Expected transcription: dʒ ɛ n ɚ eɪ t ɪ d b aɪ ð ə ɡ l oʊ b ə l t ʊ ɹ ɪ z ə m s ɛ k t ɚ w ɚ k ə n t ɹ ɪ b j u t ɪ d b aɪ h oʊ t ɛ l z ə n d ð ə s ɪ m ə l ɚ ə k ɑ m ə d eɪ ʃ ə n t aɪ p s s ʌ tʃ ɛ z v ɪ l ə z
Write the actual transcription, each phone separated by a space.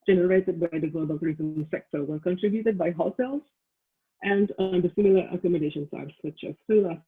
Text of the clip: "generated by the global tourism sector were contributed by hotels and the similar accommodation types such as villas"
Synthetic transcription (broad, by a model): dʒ ɛ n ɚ eɪ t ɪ d b aɪ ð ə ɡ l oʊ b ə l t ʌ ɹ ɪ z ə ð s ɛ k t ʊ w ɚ k ə n t ɹ ɪ b j u t ɪ d b aɪ h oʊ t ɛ l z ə n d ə s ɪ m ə l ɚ ə k ɑ m ə d eɪ ʃ ə n s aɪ s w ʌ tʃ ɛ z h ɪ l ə